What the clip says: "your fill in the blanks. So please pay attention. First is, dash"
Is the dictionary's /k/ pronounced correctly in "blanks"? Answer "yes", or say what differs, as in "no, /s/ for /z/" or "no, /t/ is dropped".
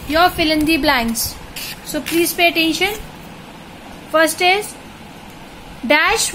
no, /k/ is dropped